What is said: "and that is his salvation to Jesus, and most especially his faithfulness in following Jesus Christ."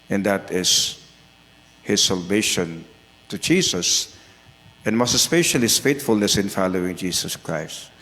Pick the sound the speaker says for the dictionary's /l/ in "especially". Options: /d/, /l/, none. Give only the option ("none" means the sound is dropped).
none